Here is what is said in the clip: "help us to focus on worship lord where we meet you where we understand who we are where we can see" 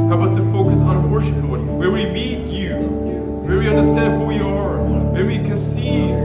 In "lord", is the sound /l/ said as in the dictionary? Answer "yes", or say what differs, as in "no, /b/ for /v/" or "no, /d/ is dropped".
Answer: no, /w/ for /l/